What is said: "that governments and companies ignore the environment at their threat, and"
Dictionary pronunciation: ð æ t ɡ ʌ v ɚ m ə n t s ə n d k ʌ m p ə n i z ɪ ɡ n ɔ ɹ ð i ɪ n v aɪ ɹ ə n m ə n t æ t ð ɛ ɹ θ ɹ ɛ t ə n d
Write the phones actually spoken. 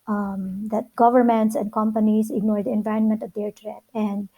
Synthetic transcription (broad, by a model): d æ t ɡ ʌ v ɚ m ə n t s ə n d k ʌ m p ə n i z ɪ ɡ n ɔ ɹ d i ɪ n v aɪ ɹ ə n m ə n t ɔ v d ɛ ɹ t ɹ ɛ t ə n d